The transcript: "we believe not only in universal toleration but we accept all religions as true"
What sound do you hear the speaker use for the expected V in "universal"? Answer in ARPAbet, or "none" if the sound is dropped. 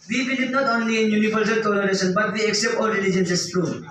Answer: P